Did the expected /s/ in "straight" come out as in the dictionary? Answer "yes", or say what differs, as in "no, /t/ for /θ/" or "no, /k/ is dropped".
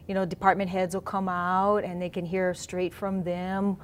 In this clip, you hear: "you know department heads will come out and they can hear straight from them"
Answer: yes